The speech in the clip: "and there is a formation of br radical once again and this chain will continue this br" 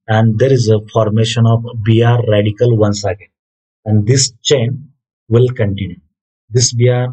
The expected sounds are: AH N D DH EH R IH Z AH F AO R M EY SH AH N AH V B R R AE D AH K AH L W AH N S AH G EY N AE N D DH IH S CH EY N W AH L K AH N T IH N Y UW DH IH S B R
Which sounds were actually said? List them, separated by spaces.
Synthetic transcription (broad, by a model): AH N D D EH R IH Z AH F AO R M EY SH AH N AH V B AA R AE D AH K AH L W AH N S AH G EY AE N D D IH S CH EY N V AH L K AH N T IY N Y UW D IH S B R